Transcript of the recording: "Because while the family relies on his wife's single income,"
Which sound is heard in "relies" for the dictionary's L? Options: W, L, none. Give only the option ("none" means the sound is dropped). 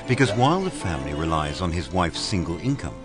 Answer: L